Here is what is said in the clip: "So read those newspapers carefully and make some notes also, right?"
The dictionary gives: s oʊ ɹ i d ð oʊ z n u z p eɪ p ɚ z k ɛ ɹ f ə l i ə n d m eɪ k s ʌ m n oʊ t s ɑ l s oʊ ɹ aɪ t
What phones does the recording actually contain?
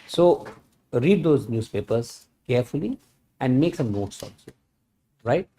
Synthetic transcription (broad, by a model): s oʊ ɹ i d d oʊ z n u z p eɪ p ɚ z k ɛ ɹ f ə l i ə n d m eɪ k s ʌ m n oʊ t s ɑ n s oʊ ɹ aɪ t